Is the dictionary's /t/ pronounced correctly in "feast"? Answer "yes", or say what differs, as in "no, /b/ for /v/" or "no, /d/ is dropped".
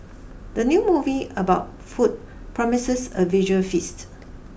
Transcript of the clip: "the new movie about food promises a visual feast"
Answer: yes